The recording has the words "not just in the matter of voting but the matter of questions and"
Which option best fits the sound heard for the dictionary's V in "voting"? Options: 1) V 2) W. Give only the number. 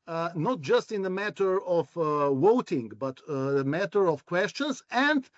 2